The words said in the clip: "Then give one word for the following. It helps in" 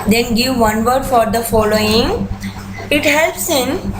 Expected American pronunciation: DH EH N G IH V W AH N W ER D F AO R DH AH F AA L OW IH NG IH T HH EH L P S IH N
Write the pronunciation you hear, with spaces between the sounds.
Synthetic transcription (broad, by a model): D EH N G IH V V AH N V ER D F AO R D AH F AA L OW IH NG IH T HH EH L P S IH N